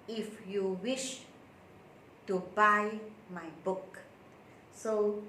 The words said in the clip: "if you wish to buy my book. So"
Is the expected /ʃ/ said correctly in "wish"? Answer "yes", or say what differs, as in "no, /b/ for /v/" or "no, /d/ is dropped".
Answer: yes